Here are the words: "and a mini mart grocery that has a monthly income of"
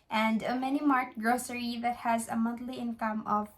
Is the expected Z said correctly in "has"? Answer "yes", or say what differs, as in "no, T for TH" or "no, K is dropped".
yes